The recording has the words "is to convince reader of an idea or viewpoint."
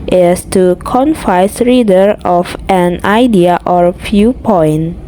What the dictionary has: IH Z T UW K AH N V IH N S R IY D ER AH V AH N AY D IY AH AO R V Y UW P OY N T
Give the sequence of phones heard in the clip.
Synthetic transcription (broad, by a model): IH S T UW K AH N F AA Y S R IY D ER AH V AH N AY D IY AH AO R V Y UW P OY N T